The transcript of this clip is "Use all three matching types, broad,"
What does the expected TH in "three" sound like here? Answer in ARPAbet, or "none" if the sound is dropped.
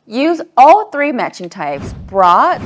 TH